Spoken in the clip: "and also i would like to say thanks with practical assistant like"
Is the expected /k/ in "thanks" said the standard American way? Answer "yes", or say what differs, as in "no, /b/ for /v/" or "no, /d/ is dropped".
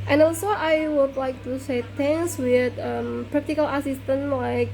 no, /k/ is dropped